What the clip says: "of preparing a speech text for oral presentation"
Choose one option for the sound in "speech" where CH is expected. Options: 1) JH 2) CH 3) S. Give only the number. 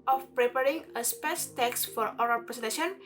3